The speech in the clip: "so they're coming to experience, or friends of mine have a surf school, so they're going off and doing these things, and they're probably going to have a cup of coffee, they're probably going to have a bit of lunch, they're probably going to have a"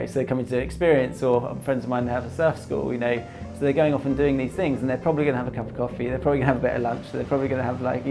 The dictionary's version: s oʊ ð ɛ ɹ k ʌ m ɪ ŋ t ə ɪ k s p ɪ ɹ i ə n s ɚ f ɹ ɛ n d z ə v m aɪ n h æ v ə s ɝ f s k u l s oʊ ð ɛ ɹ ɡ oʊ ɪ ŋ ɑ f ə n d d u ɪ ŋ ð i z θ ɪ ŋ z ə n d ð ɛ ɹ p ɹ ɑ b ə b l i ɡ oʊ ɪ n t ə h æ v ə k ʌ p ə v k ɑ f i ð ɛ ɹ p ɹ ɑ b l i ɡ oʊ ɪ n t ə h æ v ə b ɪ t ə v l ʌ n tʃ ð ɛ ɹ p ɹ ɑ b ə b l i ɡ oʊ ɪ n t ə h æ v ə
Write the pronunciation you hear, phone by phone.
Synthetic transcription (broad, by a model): s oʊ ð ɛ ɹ k ʌ m ɪ ŋ t ə ɪ k s p ɪ ɹ i ə n s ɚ f ɹ ɛ n d z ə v m aɪ n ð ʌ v ə s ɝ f s k u l s oʊ ð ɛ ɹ ɡ oʊ ɪ ŋ ɑ f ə n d d u ɪ ŋ ð i z θ ɪ ŋ z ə n ð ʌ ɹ p ɹ ɑ b ə b l i ɡ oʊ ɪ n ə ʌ v ə k ʌ p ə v k ɑ f i ð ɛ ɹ p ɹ ɑ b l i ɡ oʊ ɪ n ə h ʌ v ə b ɪ t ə l ʌ n tʃ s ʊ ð p ɹ ɑ b ə b l i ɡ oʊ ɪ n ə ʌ v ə